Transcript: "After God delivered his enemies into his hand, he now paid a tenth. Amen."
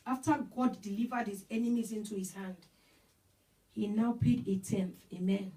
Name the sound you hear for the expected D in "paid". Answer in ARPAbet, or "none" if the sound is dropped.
D